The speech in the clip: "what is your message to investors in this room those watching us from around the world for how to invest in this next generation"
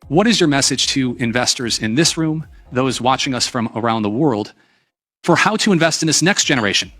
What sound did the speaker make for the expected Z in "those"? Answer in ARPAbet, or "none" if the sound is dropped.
Z